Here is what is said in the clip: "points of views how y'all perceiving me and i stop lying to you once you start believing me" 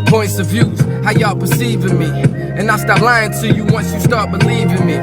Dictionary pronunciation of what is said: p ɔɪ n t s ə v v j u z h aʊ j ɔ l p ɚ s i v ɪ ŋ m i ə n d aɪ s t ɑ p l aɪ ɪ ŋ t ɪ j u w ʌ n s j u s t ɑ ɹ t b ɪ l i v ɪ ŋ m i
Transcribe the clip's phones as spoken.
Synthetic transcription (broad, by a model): p ɔɪ n t s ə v v j u z h aʊ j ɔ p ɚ s i v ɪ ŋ m i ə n aɪ s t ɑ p l aɪ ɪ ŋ t ɪ j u w ʌ n s j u s t ɑ ɹ t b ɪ l i v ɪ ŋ m i